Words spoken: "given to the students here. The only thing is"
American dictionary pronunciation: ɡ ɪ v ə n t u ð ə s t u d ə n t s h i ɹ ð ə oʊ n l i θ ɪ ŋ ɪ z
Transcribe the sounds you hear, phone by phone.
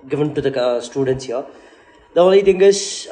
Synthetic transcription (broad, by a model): ɡ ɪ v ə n t u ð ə s t u d ə n t s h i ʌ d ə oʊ l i t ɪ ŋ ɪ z